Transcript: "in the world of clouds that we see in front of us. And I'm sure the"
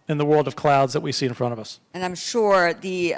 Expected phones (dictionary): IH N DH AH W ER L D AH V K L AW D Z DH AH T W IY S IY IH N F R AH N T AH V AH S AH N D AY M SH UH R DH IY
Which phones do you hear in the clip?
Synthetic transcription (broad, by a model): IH N DH AH W ER L D AH V K L AW D Z DH AH T W IY S IY IH N F R AH T AH V AH S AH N AY M SH UH R DH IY